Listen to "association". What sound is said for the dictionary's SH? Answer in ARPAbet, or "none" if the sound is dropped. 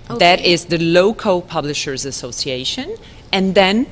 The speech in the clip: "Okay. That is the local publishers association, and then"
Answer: SH